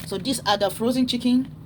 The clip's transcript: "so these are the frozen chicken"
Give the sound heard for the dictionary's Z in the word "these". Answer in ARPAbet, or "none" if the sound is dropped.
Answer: S